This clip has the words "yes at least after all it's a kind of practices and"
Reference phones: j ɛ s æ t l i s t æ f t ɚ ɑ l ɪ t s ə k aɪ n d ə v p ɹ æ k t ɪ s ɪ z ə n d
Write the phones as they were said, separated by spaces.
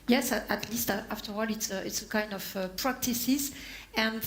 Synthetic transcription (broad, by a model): j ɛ s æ t l i s t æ f t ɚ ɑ l ɪ t s ə k aɪ n d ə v p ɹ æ k t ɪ s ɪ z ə n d